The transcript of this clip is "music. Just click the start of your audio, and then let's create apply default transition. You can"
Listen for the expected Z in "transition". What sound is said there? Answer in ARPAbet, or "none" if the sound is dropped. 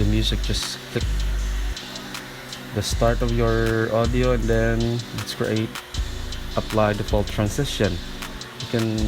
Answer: S